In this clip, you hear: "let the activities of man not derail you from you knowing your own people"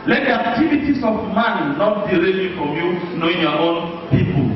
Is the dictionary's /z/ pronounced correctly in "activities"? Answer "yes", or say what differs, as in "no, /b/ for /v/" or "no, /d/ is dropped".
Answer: no, /s/ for /z/